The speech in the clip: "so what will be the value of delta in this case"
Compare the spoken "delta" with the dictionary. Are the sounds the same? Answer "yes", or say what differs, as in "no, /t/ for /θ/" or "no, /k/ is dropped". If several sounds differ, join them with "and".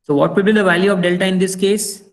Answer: yes